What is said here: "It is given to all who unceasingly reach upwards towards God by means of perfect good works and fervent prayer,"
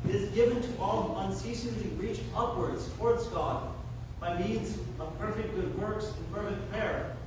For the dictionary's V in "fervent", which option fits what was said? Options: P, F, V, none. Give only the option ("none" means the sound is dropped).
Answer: F